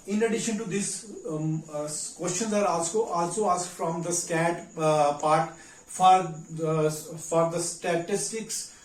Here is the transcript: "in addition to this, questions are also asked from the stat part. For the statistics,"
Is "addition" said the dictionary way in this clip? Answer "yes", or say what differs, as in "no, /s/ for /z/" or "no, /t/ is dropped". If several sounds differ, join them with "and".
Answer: yes